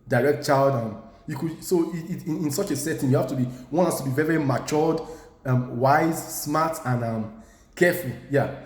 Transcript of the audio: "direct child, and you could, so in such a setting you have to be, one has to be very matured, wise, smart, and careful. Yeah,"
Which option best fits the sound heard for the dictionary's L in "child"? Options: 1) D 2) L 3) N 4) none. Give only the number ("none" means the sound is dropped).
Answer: 2